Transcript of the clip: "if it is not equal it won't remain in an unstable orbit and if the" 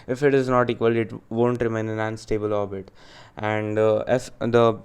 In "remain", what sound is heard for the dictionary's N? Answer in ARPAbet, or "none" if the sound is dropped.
none